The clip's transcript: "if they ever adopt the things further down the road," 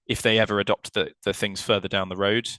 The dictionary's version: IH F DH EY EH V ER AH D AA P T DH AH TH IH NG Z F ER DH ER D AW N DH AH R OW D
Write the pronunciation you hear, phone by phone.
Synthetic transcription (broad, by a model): IH F DH EY EH V ER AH D AA P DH DH AH TH IH NG Z F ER DH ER D AW N DH AH R OW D